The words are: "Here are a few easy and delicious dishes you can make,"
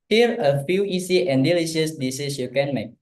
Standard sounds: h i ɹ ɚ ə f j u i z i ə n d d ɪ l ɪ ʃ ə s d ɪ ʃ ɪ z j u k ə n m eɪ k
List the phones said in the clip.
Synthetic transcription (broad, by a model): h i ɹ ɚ ə f j u i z i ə n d d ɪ l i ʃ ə s d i s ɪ s j u k ə n m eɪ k